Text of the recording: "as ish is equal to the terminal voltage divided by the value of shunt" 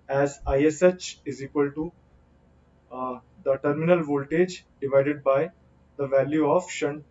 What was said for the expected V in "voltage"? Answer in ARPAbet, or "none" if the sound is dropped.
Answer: V